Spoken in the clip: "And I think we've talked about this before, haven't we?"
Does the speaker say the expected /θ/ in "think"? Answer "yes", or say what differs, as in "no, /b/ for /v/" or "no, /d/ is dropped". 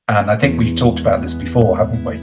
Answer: yes